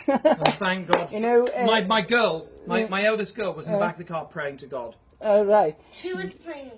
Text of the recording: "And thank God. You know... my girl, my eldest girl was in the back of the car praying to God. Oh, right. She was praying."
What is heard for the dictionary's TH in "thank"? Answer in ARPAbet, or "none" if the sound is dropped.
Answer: TH